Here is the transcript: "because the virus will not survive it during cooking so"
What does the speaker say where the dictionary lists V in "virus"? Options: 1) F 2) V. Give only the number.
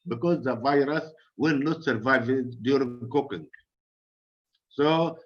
2